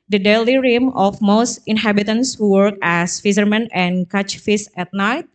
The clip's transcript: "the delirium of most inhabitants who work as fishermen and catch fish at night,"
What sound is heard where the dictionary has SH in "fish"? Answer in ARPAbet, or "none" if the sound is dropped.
S